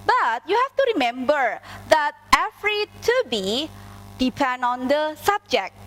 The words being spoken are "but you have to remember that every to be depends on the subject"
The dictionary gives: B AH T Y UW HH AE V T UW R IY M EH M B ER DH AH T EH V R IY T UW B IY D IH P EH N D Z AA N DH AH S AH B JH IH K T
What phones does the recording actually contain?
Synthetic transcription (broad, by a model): B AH T Y UW HH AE F T UW R IY M EH M B ER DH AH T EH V R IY T UW B IY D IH P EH N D AA N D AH S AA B JH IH K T